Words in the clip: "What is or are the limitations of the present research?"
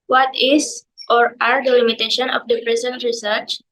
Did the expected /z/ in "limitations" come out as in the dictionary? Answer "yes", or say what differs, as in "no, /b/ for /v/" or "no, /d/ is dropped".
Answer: no, /z/ is dropped